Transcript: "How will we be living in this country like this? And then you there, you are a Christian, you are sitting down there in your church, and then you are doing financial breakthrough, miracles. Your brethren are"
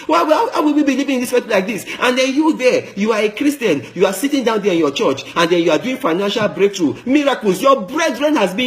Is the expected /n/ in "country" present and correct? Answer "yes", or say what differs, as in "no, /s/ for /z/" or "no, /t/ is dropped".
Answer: no, /n/ is dropped